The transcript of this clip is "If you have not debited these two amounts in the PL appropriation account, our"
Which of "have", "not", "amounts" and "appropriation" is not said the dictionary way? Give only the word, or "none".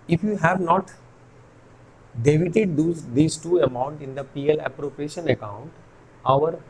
amounts